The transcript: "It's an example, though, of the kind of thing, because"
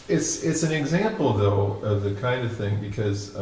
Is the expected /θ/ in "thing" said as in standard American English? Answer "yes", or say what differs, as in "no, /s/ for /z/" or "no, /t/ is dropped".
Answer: yes